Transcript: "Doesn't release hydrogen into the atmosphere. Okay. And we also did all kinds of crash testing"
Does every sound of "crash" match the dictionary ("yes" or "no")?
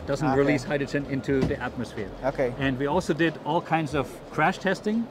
yes